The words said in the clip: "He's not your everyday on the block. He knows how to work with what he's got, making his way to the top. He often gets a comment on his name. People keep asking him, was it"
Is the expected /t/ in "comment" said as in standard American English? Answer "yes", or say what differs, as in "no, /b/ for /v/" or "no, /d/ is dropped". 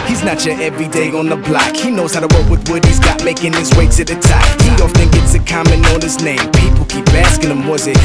no, /t/ is dropped